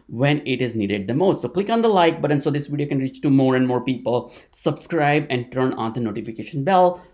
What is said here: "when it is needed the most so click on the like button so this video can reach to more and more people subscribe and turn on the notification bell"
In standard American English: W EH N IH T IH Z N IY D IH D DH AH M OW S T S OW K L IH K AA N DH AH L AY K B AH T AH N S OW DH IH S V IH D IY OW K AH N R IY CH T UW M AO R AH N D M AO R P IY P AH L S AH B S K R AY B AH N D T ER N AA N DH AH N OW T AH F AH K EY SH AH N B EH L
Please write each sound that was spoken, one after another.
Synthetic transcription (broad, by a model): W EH N IH T IH Z N IY D IH D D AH M OW S T S OW K L IH K AA N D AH L AY K B AH T AH N S OW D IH S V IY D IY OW K AH N R IY CH T UW M AO R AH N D M AO R P IY P AH L S AH B S K R AY B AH N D T ER N AA N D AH N OW T AH F AH K EY SH AH N B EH L